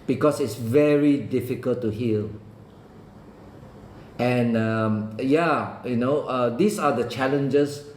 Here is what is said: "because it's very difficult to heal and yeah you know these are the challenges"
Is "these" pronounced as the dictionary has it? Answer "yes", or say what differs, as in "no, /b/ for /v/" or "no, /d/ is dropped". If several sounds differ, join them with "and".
no, /s/ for /z/